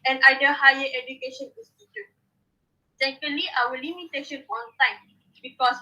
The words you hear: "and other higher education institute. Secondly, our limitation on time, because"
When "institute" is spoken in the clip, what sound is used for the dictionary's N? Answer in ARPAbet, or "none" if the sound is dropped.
none